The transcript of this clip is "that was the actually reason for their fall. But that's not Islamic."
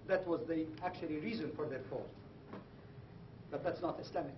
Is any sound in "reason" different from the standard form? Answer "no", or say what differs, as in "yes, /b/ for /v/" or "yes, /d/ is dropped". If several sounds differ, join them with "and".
no